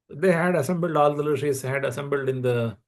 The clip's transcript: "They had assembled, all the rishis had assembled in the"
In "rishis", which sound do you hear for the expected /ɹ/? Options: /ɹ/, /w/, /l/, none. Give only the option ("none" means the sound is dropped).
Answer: /l/